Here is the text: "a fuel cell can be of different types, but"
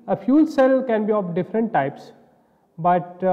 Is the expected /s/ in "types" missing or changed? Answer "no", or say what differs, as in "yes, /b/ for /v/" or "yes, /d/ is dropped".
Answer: no